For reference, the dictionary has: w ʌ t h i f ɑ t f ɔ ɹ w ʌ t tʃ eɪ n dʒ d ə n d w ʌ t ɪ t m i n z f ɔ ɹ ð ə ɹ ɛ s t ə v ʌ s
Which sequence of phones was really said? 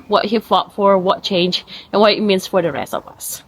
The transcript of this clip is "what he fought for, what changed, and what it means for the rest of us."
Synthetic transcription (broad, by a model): w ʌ t h i f ɑ t f ɔ ɹ w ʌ t tʃ eɪ n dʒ ə n w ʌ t ɪ t m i n s f ɔ ɹ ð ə ɹ ɛ s t ə v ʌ s